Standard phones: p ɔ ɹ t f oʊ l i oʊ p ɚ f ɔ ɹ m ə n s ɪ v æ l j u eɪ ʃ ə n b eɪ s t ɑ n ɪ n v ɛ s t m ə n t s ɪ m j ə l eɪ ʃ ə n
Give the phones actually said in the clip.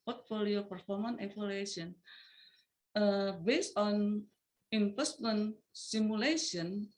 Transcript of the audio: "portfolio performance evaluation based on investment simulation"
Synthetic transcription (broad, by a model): p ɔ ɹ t f oʊ l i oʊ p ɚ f ɔ ɹ m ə n ɪ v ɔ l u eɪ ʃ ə n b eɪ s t ɑ n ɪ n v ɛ s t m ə n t s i m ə l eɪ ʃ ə n